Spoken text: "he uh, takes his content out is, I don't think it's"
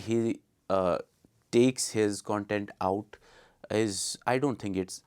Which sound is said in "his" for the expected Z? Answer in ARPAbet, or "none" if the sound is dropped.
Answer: Z